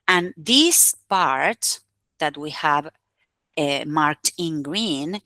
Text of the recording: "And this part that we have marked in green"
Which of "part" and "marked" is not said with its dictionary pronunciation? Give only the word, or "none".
none